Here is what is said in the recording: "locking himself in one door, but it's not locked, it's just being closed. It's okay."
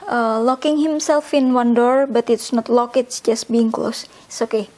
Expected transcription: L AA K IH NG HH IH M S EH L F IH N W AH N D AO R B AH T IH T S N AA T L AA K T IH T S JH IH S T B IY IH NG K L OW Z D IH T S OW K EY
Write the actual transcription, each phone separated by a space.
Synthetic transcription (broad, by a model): L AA K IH NG HH IH M S EH L F IH N W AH N D AO R B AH T IH T S N AA T L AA K IH T S JH IH S T B IY IH NG K L OW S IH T S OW K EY